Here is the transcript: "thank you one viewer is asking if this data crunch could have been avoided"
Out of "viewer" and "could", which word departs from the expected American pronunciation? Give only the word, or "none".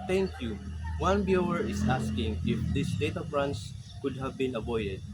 viewer